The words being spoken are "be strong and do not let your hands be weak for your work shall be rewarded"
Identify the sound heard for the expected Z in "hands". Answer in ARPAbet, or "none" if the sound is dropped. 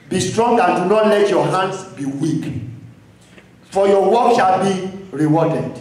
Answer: S